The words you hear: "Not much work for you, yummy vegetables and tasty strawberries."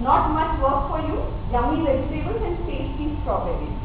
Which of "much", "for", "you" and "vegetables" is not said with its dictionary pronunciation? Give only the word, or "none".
vegetables